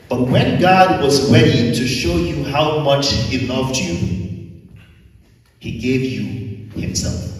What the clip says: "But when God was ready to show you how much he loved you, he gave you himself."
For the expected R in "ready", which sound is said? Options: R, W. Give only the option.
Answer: W